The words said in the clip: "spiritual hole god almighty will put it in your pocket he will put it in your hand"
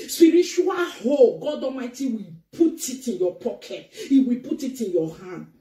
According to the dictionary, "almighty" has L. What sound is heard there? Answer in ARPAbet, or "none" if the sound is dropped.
none